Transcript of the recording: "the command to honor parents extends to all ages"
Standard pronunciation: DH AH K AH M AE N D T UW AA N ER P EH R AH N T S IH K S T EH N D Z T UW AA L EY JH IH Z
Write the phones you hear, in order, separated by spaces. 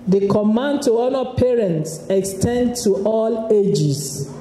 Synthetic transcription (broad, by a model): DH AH K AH M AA N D T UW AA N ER P EH R AH N T S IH K S T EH N D T UW AA L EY JH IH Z